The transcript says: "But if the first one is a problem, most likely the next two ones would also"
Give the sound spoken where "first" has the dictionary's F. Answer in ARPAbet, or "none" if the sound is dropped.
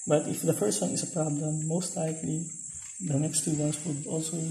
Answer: P